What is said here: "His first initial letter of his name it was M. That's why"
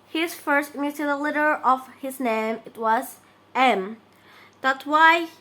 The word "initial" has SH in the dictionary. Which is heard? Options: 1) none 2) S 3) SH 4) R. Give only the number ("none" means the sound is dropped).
1